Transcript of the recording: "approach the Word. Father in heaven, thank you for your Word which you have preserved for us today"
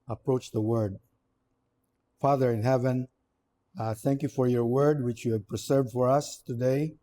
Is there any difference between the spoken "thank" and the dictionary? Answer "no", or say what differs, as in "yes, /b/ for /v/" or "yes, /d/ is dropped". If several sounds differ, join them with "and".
no